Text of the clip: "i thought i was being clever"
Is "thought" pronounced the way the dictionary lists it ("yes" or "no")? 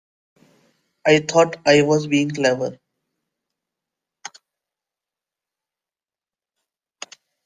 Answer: no